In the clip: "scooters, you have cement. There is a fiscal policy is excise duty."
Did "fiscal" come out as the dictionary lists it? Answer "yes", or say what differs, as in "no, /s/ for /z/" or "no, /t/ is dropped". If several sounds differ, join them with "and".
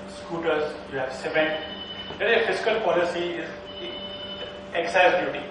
no, /s/ is dropped